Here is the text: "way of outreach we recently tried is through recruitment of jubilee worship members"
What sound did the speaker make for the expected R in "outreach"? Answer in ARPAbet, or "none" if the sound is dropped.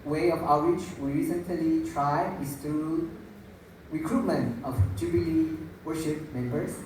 W